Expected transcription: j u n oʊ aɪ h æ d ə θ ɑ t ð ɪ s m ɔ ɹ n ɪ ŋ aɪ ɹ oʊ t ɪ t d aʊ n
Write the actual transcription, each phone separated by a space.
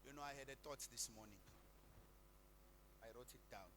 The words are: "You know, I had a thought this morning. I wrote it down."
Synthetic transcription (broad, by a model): j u n oʊ aɪ h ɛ d ə t ɑ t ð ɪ s m ɔ n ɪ ŋ aɪ ɹ oʊ t ɪ t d aʊ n